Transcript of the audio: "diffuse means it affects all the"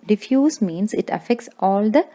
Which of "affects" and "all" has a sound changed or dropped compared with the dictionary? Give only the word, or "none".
none